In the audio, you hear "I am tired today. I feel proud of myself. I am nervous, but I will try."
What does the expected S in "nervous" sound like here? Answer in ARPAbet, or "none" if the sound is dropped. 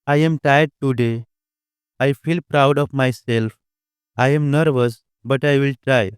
S